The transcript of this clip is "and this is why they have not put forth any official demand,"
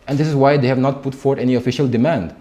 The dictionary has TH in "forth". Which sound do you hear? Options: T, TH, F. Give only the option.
T